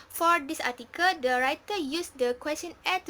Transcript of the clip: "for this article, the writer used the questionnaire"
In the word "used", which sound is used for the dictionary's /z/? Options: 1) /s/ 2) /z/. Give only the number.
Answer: 1